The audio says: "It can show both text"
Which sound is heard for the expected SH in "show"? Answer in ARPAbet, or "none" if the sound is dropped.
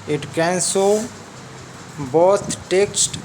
S